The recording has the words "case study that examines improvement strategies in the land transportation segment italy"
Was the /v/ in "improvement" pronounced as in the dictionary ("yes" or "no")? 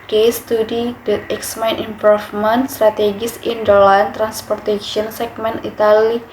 no